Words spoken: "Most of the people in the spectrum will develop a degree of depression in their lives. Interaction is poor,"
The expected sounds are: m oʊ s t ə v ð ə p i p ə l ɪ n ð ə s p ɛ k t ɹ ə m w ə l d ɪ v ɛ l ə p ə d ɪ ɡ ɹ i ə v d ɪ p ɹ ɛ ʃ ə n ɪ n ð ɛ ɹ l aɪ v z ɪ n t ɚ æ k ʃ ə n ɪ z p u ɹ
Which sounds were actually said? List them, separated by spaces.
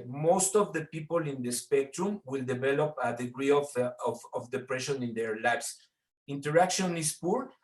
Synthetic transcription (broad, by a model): m oʊ s t ə v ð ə p i p ə l ɪ n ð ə s p ɛ k t ɹ ə m w ə l d ɪ v ɛ l ə p ə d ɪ ɡ ɹ i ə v d ɪ p ɹ ɛ ʃ ə n ɪ n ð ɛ ɹ l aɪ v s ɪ n t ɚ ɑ k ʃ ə n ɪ s p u ɹ